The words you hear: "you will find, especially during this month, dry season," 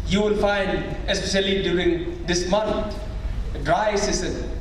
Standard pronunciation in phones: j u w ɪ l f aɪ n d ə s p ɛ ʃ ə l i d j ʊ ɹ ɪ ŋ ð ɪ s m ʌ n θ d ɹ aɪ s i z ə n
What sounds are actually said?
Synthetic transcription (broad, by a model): j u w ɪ l f aɪ n d ə s p ɛ ʃ ə l i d j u ɹ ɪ ŋ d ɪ s m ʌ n t d ɹ aɪ s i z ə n